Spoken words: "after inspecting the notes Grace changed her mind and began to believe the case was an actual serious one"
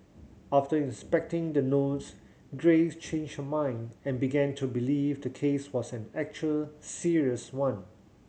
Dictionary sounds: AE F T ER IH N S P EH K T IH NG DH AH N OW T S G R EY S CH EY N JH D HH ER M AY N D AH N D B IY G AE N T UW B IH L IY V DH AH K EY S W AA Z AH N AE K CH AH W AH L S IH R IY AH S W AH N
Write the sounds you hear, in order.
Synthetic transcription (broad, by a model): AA F T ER IH N S P EH K T IH NG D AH N OW T S G R EY S CH EY N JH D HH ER M AY N D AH N B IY G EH N T UW B IH L IY V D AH K EY S W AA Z AH N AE K CH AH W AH L S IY R IY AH S W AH N